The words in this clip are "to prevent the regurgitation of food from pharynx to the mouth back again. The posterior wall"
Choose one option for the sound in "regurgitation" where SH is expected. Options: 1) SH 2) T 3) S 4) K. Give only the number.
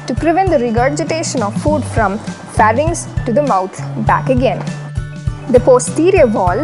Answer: 1